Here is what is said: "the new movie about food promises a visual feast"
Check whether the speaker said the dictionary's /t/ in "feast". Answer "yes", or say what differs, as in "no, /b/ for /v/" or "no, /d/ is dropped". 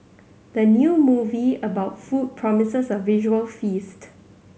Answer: yes